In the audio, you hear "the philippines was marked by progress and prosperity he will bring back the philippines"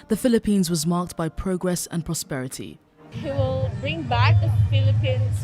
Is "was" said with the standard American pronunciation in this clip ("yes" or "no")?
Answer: yes